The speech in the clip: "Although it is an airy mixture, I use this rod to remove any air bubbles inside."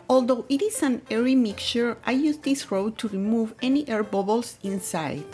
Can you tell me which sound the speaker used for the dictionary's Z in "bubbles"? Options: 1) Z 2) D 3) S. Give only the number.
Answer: 3